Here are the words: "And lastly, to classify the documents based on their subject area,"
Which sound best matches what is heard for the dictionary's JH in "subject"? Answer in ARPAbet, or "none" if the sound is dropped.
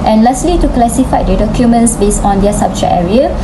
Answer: CH